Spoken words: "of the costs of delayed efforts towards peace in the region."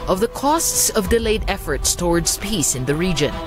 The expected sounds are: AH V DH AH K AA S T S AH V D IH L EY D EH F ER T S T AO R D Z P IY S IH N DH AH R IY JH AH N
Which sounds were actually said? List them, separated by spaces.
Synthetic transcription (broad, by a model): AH V DH AH K AA S T S AH V D IH L EY D EH F ER T S T AO R D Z P IY S IH N DH AH R IY JH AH N